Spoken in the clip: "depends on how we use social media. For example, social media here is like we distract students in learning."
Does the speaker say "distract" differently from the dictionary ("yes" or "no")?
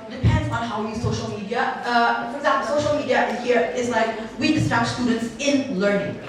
yes